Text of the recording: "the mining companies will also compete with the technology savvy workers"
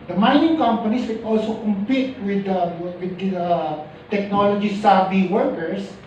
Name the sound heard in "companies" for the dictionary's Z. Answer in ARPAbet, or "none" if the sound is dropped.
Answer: S